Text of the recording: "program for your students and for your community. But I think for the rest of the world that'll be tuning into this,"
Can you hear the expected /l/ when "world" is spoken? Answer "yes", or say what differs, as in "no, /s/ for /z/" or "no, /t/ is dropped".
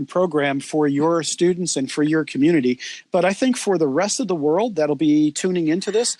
yes